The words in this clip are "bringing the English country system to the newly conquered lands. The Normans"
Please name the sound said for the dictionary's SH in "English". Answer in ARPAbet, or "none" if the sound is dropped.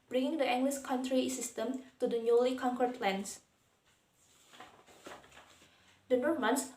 S